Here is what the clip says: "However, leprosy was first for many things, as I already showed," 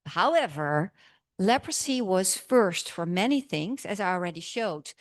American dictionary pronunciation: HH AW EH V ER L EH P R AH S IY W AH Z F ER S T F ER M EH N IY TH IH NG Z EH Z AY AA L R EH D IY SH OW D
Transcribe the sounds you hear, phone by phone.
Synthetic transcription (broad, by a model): HH AW EH V ER L EH P R AH S IY W AH Z F ER S T F ER M EH N IY TH IH NG Z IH Z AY AA L R EH D IY SH OW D